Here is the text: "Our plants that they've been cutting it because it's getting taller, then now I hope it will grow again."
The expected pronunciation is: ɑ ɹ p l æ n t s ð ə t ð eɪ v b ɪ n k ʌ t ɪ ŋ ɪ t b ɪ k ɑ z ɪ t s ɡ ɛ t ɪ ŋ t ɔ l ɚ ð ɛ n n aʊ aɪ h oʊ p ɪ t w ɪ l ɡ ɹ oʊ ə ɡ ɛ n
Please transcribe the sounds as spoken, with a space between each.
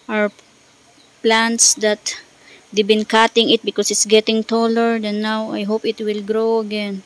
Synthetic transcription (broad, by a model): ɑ ɹ p l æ n t s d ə t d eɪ b ɪ n k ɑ t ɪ ŋ ɪ t b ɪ k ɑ s ɪ t s ɡ ɛ t ɪ ŋ t ɔ l ɚ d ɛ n n aʊ aɪ h oʊ p ɪ t w ɪ l ɡ ɹ oʊ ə ɡ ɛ n